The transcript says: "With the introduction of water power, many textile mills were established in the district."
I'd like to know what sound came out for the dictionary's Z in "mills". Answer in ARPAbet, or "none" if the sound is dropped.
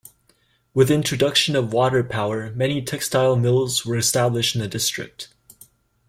Z